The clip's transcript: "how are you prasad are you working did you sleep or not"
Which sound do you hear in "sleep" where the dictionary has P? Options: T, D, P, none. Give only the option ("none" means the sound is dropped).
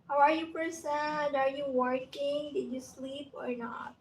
P